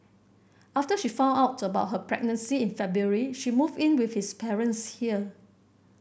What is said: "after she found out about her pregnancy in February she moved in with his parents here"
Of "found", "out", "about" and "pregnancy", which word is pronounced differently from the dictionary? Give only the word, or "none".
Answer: found